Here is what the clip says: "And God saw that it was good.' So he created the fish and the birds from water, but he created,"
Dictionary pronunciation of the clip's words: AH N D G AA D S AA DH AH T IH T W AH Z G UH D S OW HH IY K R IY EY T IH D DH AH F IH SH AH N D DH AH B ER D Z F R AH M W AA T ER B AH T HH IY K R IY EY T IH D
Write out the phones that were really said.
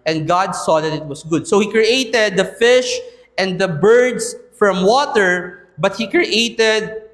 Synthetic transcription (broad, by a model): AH N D G AA D S AA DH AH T IH T W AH S G UH D S OW HH IY K R IY EY T IH D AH F IH SH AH N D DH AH B ER D S F R AH M W AA T ER B AH T HH IY K R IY EY T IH D